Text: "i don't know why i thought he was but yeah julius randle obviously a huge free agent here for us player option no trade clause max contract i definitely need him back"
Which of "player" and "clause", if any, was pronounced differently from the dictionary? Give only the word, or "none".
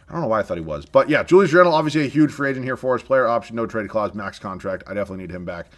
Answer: none